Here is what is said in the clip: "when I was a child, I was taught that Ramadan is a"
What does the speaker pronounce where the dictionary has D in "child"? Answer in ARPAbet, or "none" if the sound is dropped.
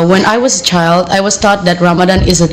D